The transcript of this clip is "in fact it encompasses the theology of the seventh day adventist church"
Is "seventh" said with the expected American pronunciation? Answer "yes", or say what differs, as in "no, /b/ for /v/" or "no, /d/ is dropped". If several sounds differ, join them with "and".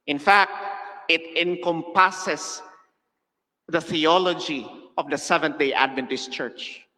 no, /t/ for /θ/